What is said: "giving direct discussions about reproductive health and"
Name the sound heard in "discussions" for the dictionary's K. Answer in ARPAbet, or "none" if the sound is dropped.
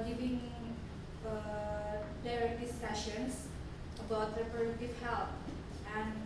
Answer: none